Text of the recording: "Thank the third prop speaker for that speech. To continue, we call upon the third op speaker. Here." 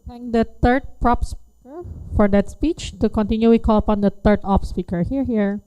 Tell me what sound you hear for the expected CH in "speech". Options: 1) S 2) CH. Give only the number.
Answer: 2